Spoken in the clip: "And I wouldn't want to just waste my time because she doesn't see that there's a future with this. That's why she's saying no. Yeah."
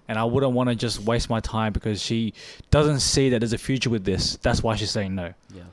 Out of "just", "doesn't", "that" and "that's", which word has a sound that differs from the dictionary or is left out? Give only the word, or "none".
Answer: none